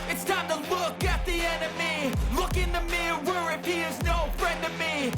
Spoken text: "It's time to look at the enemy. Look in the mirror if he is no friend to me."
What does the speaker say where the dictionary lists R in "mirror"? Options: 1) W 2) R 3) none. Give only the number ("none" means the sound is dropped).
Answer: 1